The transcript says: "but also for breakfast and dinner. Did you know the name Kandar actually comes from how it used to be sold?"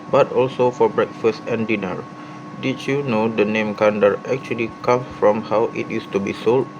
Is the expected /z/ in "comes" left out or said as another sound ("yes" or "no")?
yes